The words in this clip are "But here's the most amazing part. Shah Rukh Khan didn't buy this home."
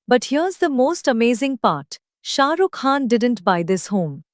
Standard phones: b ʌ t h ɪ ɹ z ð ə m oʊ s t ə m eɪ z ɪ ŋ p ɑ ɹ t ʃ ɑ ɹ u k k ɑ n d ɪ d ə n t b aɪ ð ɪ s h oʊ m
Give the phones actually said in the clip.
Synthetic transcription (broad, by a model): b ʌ t h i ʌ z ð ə m oʊ s t ə m eɪ z ɪ ŋ p ɑ ɹ t ʃ ɑ ɹ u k k ɑ n d ɪ d ə n t b aɪ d ɪ s h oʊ m